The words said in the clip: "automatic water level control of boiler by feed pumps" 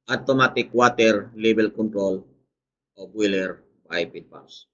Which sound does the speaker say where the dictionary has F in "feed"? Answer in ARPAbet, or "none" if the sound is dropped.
P